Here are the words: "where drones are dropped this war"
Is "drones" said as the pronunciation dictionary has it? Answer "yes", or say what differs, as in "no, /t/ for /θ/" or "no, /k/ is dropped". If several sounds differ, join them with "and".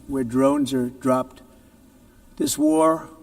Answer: yes